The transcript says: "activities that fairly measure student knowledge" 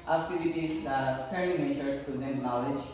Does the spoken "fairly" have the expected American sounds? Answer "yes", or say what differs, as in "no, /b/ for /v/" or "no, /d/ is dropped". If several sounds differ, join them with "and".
no, /l/ is dropped